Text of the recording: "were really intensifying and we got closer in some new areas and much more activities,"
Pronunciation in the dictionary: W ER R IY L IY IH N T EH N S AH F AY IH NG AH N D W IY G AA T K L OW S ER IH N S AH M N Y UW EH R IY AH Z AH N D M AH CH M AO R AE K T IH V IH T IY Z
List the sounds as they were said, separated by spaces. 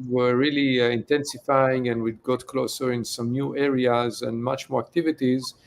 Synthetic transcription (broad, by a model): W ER R IY L IY IH N T EH N S AH F AY IH NG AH N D W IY G AA T K L OW S ER IH N S AH M N Y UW EH R IY AH Z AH N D M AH CH M AO R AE K T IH V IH T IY Z